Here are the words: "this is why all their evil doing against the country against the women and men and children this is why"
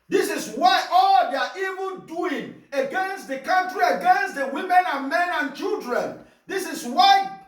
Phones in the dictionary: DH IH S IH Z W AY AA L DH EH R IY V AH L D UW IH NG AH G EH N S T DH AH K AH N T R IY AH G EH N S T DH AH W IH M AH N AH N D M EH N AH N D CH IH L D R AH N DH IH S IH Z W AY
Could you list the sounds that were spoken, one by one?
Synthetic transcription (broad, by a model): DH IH S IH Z W AY AA L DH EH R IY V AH N D UW IH NG AH G EH N S T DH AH K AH N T R IY AH G EH N S T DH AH W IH M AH N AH N M EH N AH N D CH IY L D R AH N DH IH S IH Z W AY